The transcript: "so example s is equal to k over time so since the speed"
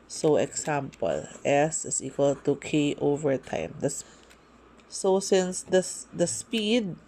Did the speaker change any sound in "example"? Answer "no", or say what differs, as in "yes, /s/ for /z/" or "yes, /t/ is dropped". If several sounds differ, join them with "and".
yes, /s/ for /z/